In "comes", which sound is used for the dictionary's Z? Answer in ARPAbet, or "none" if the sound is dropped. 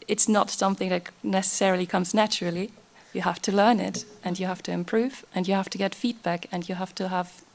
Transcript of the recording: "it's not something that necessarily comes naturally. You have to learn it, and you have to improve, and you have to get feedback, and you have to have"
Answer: Z